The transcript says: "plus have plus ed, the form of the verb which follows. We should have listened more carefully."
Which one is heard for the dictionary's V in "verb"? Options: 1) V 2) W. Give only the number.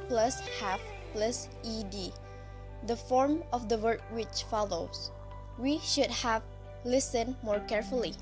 2